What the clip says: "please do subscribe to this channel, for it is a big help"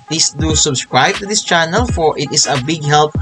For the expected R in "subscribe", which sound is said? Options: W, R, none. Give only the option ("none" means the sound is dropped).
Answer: R